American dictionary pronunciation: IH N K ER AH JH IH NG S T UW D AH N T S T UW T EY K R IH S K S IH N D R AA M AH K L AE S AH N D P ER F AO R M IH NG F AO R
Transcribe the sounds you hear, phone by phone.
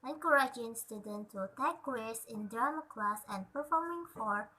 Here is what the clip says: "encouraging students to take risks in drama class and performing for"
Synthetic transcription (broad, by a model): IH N K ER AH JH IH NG S T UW D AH N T T UW T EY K W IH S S IH N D AA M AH K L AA S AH N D P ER F AO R M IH NG F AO R